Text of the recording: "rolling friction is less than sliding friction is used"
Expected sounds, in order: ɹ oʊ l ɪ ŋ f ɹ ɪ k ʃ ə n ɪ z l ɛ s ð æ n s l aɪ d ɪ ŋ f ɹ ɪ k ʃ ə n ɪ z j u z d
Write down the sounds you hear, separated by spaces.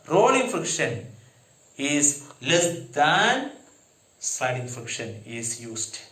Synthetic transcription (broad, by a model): ɹ oʊ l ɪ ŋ f ɹ ɪ k ʃ ə n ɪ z l ɛ s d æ n s aɪ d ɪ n f ɹ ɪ k ʃ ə n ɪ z j u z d